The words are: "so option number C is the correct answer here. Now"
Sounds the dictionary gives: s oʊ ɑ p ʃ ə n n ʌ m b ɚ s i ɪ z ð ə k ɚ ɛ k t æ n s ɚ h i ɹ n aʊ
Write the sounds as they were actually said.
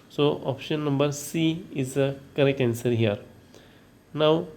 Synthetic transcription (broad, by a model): s oʊ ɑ p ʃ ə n n ʌ m b ɚ s i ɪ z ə k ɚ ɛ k æ n s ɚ h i ɹ n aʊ